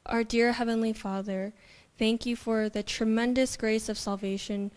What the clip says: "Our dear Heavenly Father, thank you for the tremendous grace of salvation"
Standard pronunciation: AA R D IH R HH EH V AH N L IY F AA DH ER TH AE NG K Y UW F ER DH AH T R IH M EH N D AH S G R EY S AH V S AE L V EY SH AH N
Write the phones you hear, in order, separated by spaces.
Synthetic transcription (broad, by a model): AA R D IH R HH EH V AH N L IY F AA DH ER TH AE NG K Y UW F ER DH AH T R IH M EH N D AH S G R EY S AH V S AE L V EY SH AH N